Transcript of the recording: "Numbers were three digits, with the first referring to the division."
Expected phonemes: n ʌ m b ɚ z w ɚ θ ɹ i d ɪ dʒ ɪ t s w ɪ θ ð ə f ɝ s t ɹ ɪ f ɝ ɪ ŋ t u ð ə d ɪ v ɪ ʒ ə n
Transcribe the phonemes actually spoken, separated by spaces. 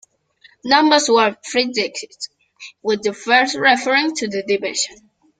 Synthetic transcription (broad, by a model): n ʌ m b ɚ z w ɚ f ɹ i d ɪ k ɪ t w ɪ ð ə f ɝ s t ɹ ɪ f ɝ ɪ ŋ t u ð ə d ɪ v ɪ ʃ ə n